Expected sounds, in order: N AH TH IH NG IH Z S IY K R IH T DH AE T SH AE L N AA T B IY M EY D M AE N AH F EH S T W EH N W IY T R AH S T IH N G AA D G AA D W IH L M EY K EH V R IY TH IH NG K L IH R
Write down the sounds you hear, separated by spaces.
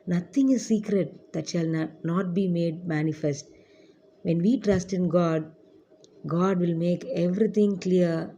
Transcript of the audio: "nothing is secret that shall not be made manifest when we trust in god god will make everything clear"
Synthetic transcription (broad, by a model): N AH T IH NG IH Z S IY K R IH T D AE T SH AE L N AA T B IY M EY D M AE N AH F EH S T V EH N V IY T R AH S T IH N G AA D G AA D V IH L M EY K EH V R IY T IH NG K L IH R